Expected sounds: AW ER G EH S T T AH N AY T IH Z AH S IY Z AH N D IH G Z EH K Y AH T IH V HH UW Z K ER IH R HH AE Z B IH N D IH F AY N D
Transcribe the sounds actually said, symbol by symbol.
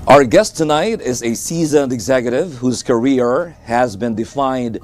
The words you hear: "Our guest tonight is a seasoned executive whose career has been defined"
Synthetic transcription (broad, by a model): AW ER G EH S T T AH N AY T IH Z AH S IY Z AH N D IH G Z EH K Y AH T IH V HH UW Z K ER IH R HH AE Z B IH N D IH F AY N D